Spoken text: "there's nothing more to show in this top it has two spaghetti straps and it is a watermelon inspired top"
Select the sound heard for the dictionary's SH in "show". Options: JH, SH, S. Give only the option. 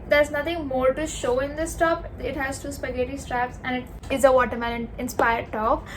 SH